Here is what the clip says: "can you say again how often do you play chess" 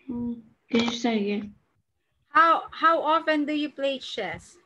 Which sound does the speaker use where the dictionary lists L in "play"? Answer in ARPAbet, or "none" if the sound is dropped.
L